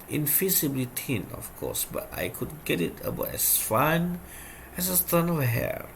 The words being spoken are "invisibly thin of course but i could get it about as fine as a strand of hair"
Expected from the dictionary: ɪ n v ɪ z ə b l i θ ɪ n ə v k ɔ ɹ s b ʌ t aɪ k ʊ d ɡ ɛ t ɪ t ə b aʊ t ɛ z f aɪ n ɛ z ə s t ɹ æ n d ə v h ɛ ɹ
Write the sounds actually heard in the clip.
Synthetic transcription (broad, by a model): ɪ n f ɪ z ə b l i t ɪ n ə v k ɔ s b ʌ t aɪ k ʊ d ɡ ɛ t ɪ t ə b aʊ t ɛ s f aɪ n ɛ s ə s t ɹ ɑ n ə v h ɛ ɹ